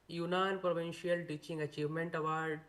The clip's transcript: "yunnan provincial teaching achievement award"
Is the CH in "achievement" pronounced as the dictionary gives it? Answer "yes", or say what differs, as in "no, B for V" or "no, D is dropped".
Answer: yes